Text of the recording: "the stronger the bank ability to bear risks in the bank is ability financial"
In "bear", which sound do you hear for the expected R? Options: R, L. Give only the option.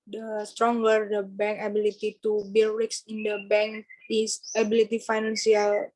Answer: L